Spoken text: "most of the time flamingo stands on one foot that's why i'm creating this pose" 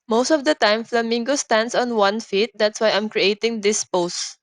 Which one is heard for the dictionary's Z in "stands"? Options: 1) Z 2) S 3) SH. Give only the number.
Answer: 2